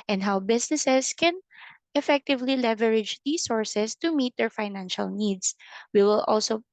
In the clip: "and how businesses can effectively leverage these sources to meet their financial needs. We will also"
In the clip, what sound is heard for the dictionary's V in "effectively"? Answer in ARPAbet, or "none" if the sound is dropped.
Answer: V